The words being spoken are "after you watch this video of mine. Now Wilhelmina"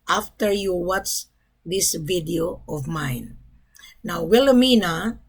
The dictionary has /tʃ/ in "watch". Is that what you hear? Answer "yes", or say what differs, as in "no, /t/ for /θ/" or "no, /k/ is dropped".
no, /s/ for /tʃ/